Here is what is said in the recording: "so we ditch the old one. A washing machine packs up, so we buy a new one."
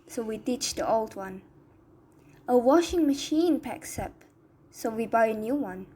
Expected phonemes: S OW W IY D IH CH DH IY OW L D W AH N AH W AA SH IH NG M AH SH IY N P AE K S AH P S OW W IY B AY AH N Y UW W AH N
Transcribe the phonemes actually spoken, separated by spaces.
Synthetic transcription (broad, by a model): S OW W IY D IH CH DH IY OW L D W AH N AH W AA SH IH NG M AH SH IY N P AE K S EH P S OW W IY B AY AH N Y UW W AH N